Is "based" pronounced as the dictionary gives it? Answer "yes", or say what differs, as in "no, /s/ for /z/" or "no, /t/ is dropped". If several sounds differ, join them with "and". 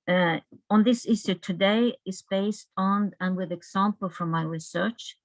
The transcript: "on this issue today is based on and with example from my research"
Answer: yes